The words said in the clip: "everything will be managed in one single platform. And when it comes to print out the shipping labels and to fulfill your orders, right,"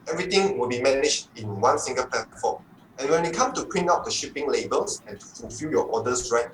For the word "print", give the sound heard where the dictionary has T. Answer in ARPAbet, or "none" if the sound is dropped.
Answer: none